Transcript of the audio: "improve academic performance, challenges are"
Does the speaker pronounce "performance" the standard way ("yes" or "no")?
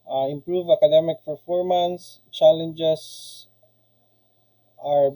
no